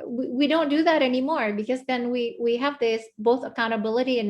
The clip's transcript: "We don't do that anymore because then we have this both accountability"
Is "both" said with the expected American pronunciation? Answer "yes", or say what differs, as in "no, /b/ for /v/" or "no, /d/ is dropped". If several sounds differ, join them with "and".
yes